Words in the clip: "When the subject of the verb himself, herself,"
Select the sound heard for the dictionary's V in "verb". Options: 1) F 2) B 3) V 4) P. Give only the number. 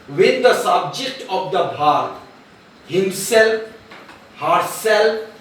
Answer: 2